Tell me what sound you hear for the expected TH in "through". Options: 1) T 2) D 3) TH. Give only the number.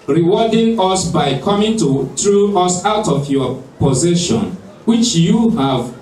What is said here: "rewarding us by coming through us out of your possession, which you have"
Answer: 1